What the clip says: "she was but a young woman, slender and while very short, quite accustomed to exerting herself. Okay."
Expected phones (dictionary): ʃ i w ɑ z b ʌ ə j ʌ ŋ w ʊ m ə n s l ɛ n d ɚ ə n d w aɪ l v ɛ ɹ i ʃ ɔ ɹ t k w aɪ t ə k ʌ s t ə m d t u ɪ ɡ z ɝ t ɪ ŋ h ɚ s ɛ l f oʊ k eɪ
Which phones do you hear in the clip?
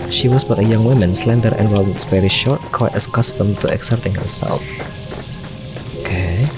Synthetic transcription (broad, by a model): ʃ i w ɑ s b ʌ ə j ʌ ŋ w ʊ m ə n s l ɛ n d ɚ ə n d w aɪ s v ɛ ɹ i ʃ ɔ ɹ t k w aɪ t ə k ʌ s t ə m t u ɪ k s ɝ t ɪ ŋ h ɚ s ɛ l f oʊ k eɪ